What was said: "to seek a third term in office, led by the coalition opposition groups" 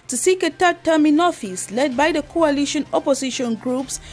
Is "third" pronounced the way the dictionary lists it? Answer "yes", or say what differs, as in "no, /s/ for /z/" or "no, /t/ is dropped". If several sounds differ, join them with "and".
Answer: no, /t/ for /θ/